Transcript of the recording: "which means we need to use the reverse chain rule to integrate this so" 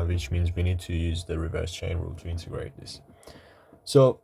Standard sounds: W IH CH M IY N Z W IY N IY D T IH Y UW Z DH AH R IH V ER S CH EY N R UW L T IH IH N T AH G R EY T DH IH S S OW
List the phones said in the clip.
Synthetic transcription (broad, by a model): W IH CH M IY N Z W IY N IY D T IH Y UW Z DH AH R IH V ER S CH EY N R UW L T IH IH N T AH G R EY T DH IH S S OW